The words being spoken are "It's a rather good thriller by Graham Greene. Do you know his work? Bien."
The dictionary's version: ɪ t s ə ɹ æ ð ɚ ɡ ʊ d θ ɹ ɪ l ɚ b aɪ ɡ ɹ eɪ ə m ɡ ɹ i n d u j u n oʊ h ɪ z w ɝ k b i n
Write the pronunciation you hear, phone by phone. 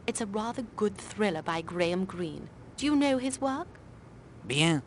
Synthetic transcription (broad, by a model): ɪ t s ə ɹ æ ð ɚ ɡ ʊ d θ ɹ ɪ l ɚ b aɪ ɡ ɹ eɪ ə m ɡ ɹ i n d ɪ j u n oʊ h ɪ z w ɝ k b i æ